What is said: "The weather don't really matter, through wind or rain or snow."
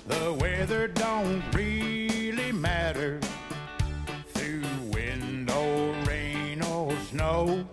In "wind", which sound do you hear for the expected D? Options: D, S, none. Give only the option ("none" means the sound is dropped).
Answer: D